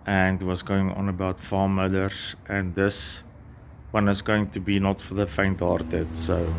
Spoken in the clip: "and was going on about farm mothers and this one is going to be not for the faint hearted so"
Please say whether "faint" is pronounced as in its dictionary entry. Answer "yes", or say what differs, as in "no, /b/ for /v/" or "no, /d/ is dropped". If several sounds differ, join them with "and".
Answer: yes